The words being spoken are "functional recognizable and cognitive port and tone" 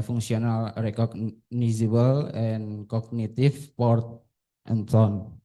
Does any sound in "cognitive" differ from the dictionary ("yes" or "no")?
yes